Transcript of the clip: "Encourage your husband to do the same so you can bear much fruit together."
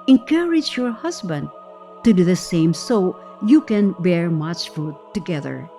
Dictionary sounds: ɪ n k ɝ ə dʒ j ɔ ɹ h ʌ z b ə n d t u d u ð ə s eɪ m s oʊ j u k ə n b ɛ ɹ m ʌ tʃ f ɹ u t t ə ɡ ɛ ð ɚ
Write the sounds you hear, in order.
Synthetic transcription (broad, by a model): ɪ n k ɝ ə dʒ j ɔ ɹ h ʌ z b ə n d t u d u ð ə s eɪ m s oʊ j u k ə n b ɛ ɹ m ʌ tʃ f u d t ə ɡ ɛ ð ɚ